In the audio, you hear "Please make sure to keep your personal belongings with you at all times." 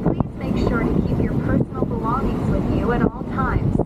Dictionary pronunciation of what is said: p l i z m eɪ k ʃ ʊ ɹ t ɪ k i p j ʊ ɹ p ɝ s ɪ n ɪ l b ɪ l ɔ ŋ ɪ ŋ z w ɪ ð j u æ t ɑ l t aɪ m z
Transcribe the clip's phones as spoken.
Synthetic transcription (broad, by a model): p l i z m eɪ k ʃ ʊ ɹ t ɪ k i p j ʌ ɹ p ɝ s n l b ɪ l ɔ ŋ ɪ ŋ z w ɪ ð j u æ t ɑ l t aɪ m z